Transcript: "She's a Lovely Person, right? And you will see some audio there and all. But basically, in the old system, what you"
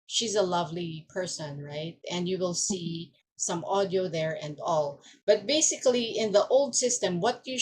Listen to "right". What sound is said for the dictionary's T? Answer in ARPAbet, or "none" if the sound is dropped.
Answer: T